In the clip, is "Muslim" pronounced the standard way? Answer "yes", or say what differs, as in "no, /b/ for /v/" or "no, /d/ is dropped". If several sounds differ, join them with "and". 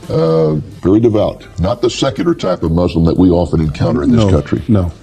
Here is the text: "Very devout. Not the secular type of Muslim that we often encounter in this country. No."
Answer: yes